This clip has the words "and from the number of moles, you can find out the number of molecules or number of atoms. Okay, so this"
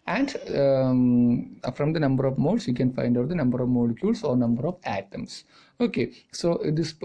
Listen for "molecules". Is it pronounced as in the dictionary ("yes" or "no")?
no